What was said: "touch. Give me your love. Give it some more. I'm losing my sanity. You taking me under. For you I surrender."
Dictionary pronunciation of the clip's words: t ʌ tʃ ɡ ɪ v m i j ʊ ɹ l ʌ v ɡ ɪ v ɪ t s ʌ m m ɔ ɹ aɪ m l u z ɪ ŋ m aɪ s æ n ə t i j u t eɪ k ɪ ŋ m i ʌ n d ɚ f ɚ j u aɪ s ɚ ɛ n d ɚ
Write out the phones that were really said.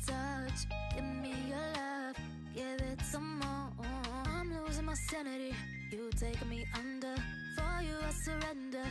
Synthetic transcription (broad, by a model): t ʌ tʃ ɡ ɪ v m i j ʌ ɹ l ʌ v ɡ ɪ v ɪ t s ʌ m m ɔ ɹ aɪ m l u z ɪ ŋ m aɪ s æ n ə t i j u t eɪ ɪ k m i ʌ n d ɚ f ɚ j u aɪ s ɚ ɛ n d ɚ